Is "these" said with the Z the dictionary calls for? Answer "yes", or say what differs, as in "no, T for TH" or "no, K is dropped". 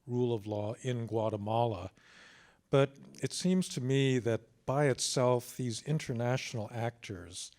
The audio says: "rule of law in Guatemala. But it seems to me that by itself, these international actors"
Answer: yes